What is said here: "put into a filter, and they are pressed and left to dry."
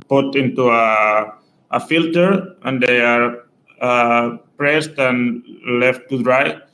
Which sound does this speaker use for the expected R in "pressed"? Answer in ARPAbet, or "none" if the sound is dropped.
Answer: R